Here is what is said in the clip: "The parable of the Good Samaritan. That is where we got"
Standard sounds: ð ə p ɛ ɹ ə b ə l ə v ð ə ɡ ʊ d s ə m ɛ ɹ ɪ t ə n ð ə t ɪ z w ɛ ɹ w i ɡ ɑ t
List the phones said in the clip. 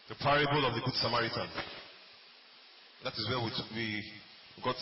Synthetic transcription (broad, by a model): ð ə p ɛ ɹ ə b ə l ə v ð ə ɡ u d s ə m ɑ ɹ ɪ t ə n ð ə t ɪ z w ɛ w w i ɡ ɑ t